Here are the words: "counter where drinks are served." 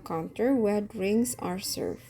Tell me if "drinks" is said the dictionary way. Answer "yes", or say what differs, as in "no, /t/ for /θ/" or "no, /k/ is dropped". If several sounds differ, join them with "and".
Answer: no, /k/ is dropped